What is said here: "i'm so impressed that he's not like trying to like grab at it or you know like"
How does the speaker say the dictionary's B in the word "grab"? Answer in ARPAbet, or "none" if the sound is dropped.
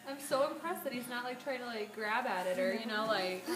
B